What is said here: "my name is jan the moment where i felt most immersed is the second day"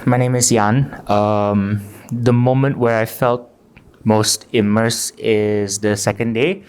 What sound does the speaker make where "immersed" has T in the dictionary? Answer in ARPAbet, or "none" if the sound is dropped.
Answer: none